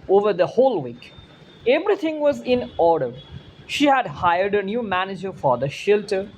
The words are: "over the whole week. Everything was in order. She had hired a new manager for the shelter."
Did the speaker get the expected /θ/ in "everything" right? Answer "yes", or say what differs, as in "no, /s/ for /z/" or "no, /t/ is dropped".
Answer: no, /t/ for /θ/